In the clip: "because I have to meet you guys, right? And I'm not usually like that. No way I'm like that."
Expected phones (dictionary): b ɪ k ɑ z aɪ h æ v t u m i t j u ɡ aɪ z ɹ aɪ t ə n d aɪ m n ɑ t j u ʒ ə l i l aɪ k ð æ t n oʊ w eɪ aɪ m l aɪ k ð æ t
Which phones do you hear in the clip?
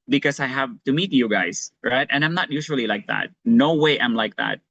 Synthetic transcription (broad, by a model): b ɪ k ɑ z aɪ h æ v t u m i t j u ɡ aɪ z ɹ aɪ t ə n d aɪ m n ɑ t j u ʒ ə l i l aɪ k ð æ t n oʊ w eɪ aɪ m l aɪ k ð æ t